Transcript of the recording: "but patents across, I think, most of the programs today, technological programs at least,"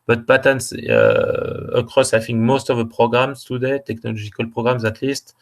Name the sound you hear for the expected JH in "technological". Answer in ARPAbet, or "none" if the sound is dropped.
ZH